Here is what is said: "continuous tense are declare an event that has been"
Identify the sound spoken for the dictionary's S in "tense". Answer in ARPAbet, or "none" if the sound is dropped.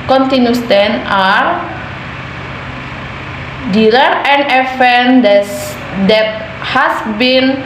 none